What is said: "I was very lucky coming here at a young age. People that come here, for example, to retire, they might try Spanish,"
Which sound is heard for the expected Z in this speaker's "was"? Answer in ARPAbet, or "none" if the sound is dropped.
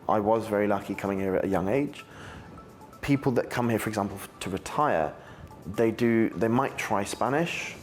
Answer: Z